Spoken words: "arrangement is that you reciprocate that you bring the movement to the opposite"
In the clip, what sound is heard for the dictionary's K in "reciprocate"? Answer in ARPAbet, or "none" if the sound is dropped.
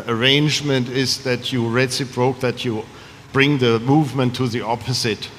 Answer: none